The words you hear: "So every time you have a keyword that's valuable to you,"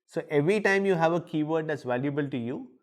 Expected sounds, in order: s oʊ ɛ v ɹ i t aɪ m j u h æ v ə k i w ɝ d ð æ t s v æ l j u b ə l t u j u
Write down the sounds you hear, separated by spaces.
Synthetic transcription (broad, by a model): s oʊ ɛ v ɹ i t aɪ m j u h æ v ə k i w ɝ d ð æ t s v æ l j u b ə l t u j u